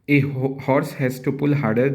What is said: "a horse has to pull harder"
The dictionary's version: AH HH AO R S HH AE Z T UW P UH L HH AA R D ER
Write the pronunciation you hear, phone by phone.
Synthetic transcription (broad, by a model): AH HH AO R S HH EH S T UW P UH L HH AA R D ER